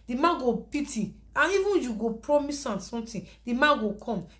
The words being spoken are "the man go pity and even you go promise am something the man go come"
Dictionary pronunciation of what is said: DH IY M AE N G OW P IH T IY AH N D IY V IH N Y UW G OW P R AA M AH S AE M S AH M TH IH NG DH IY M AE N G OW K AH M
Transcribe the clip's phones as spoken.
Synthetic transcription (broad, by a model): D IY M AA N G OW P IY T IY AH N IY V IH N Y UW G OW P R AA M AH S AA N S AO M T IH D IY M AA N G OW K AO M